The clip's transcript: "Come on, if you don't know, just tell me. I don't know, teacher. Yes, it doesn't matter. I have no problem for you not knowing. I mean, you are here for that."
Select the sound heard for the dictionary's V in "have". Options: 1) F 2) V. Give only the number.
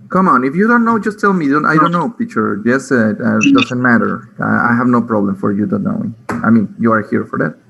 2